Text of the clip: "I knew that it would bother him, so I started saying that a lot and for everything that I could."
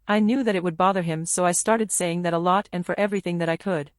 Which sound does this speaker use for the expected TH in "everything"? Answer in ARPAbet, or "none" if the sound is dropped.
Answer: TH